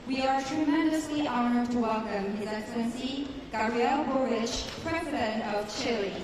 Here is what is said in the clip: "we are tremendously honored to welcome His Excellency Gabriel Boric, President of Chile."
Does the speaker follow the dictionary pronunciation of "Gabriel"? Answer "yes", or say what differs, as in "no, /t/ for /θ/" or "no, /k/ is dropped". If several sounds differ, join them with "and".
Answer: no, /b/ is dropped